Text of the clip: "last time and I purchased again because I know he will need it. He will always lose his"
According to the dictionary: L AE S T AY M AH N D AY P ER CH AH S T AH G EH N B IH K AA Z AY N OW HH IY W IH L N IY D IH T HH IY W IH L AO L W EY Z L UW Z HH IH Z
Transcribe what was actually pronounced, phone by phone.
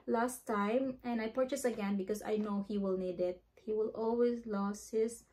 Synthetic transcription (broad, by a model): L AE S T AY M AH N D AY P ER CH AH S AH G EH N B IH K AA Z AY N OW HH IY W IH L N IY D IH T HH IY W IH L AO L W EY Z L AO S HH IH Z